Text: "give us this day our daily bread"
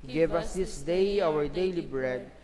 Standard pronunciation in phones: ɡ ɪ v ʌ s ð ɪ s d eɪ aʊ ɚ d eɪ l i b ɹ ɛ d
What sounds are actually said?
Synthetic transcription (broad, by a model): ɡ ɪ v ʌ s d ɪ s d eɪ aʊ ɚ d eɪ l i b ɹ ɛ d